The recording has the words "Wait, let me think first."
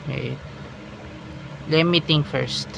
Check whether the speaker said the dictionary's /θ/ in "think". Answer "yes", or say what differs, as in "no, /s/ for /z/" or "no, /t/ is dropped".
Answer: no, /t/ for /θ/